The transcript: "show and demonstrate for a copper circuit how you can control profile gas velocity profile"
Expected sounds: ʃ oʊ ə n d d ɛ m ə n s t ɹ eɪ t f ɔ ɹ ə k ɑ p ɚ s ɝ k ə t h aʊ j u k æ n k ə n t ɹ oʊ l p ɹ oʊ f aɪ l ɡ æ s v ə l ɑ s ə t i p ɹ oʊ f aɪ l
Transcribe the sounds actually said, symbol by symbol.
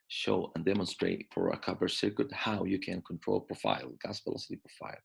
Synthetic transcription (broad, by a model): ʃ oʊ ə n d d ɛ m ə n s t ɹ eɪ t f ɔ ɹ ə k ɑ b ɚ s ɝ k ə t h aʊ j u k æ n k ə n t ɹ oʊ l p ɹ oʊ f aɪ l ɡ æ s p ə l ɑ s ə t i p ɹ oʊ f aɪ l